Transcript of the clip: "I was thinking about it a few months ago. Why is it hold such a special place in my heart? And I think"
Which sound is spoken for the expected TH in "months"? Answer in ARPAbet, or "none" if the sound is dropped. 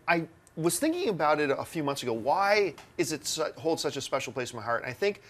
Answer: TH